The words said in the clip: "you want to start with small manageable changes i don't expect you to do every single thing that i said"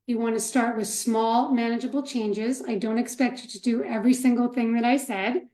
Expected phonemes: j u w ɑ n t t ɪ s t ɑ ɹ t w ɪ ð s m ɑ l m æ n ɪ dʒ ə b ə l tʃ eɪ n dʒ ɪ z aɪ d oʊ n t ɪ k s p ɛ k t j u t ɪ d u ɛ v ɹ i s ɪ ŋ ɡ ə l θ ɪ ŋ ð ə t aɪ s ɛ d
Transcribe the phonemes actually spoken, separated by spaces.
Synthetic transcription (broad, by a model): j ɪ w ɑ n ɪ s t ɑ ɹ t w ɪ ð s m ɑ l m æ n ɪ dʒ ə b l tʃ eɪ n dʒ ɪ z aɪ d oʊ n t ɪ k s p ɛ k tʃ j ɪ t ɪ d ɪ ɛ v ɹ i s ɪ ŋ ɡ l θ ɪ ŋ ð ə t aɪ s ɛ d